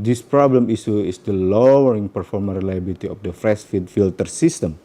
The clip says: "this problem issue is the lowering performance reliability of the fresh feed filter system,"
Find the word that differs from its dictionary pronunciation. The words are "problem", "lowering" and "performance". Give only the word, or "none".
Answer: performance